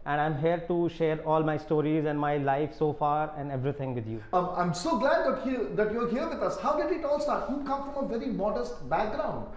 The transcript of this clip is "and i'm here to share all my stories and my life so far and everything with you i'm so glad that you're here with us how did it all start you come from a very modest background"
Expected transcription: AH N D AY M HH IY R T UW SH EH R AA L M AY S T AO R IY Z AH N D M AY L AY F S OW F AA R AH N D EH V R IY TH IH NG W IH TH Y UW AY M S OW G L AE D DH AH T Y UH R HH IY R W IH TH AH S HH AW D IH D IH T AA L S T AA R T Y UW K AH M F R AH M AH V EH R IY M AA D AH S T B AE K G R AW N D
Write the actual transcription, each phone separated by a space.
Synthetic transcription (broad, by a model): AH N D AY M HH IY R T UW SH EH R AA L M AY S T AO R IY Z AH N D M AY L AY F S OW F AA R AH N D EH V R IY T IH NG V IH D Y UW AY M S OW G L AE D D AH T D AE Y HH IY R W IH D AH S HH AW D IH D IH T AA L S T AA R T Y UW K AH M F R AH M AH V EH R IY M AA D AH S T B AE K G R AW N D